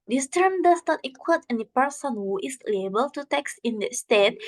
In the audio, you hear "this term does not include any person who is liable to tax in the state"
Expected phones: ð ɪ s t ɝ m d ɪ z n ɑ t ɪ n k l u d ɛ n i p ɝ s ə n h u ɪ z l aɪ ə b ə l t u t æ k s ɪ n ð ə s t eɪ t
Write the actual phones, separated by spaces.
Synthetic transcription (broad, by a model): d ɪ s t ɝ m d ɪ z n ɑ t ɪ k w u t ɛ n i p ɝ s ə n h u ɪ s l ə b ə l t u t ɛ k s ɪ n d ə s t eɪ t